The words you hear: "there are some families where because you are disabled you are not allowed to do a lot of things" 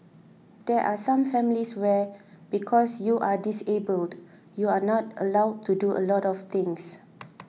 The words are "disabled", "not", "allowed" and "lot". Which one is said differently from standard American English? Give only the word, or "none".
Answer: none